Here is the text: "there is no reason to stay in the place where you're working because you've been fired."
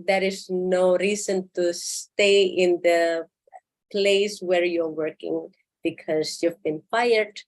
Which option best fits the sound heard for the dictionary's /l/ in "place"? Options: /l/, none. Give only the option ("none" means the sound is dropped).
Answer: /l/